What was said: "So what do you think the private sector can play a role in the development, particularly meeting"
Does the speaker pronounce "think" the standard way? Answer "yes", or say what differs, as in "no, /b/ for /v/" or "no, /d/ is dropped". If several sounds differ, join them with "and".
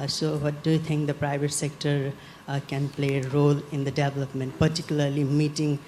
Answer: no, /t/ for /θ/